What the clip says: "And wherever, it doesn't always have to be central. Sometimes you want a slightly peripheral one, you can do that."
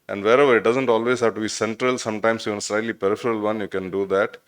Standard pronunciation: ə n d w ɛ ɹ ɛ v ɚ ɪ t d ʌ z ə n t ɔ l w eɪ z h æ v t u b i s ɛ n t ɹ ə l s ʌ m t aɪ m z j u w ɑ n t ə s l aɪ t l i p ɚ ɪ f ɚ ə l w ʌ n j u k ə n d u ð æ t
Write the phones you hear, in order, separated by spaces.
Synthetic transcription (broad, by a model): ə n d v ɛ ɹ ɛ v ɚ ɪ t d ʌ z ə n t ɔ l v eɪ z h æ v t u b i s ɛ n t ɹ ə l s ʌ m t aɪ m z j u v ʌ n ə s l aɪ t l i p ɚ ɪ f ɚ ə l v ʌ n j u k ə n d u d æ t